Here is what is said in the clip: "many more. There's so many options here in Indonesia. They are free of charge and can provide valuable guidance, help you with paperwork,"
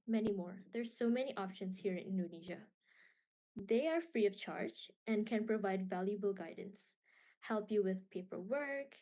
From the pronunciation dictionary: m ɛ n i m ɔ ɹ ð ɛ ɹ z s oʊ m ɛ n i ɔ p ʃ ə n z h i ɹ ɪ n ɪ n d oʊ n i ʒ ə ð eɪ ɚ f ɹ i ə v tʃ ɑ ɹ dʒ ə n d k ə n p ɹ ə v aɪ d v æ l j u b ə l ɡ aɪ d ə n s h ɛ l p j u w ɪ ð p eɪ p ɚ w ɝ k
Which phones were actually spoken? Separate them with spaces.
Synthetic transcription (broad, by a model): m ɛ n i m ɔ ɹ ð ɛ ɹ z s oʊ m ɛ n i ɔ p ʃ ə n s h i ɹ ɪ n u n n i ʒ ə ð eɪ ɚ f ɹ i ə v tʃ ɑ ɹ dʒ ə n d k ə n p ɹ ə v aɪ d v æ l j u b ə l ɡ aɪ d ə n s h ɛ l p j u w ɪ ð p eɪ p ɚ w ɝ k